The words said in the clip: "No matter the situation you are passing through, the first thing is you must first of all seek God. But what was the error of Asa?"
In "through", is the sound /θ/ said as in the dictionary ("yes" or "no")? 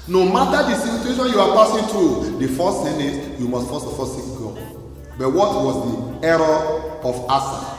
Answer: no